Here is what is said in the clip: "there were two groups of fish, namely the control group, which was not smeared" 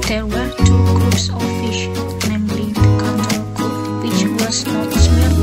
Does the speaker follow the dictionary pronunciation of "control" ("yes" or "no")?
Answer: no